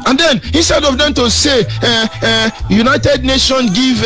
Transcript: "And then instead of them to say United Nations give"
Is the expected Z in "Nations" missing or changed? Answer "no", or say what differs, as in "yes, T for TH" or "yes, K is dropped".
yes, Z is dropped